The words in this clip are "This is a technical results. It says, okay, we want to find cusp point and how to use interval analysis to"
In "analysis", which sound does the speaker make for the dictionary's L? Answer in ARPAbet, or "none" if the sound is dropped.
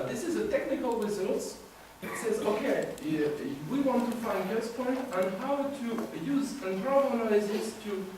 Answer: none